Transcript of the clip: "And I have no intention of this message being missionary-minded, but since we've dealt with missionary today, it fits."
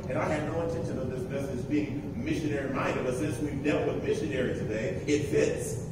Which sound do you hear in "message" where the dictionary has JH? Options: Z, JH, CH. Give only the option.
Z